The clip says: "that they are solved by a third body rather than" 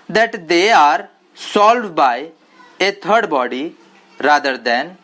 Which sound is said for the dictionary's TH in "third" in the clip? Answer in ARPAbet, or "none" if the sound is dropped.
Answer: T